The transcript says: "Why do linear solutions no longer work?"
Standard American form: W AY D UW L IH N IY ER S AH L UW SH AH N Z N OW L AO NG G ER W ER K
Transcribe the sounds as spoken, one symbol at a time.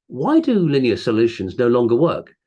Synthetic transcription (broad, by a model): W AY D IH L IH N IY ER S AH L UW SH AH N Z N OW L AO NG G ER W ER K